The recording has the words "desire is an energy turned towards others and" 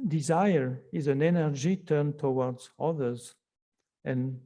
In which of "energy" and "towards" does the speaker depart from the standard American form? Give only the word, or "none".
none